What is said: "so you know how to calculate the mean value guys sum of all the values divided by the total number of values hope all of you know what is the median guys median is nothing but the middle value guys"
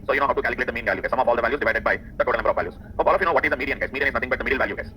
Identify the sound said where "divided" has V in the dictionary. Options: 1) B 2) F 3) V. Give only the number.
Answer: 3